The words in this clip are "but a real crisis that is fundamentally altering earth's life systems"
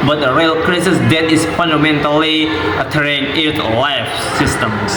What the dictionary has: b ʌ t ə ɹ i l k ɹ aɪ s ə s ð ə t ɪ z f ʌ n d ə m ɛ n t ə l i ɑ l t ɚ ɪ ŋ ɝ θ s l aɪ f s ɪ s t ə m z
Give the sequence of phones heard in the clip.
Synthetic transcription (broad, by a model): b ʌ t ə ɹ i l k ɹ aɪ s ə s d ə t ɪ s f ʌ n d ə m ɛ n t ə l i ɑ t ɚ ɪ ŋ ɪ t l aɪ f s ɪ s t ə m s